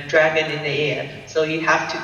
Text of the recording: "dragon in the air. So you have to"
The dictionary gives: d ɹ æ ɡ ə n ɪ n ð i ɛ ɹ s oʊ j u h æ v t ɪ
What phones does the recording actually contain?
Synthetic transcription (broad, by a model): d ɹ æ ɡ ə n ɪ n ð i ɛ ɹ s oʊ j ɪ h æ f t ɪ